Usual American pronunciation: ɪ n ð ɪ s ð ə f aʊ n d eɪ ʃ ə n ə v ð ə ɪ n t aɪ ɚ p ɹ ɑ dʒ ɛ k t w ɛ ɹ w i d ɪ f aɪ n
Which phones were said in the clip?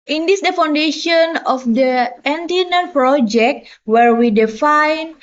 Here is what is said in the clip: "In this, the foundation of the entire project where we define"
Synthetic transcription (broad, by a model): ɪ n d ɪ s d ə f aʊ n d eɪ ʃ ə n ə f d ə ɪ n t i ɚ p ɹ ɑ dʒ ɛ k t w ɛ ɹ w i d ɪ f aɪ n